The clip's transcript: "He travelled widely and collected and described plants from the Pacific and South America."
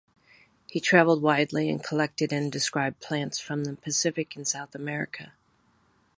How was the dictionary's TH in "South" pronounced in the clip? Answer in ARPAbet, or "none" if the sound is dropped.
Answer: TH